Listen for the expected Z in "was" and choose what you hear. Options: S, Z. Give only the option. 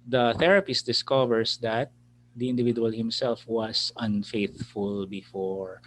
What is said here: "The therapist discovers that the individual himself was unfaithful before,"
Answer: S